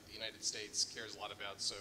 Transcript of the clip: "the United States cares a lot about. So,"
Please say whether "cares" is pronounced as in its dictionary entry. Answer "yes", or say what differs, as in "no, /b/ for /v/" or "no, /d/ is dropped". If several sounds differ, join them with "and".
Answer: yes